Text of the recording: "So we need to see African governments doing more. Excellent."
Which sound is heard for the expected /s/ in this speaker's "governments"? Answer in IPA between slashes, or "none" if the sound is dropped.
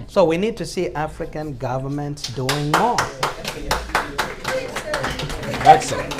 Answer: /s/